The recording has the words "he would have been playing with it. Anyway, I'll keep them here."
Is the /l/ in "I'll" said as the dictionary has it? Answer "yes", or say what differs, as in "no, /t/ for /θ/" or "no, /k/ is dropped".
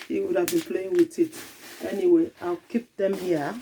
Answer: yes